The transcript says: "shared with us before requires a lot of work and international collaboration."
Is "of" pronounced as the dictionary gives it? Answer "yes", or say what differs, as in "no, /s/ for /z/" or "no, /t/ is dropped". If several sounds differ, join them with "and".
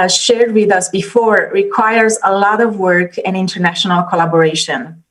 yes